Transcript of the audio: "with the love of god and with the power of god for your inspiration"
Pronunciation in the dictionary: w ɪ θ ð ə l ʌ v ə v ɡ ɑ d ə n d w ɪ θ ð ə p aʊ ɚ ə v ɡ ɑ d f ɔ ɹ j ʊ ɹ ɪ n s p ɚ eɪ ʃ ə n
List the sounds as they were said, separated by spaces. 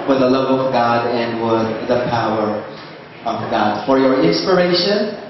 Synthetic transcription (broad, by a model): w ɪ ð ə l ʌ v ə v ɡ ɑ d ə n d w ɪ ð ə p aʊ ɚ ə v ɡ ɑ d f ɔ ɹ j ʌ ɹ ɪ n s p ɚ eɪ ʃ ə n